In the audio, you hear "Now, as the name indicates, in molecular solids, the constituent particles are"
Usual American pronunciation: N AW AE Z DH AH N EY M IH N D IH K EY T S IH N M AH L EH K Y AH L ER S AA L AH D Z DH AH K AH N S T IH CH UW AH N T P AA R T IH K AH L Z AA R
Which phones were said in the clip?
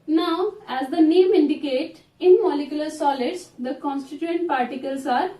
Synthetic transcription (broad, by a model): N AW AE Z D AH N EY M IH N D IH K EY T IH N M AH L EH K Y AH L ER S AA L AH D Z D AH K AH N S T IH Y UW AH N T P AA R T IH K AH L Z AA R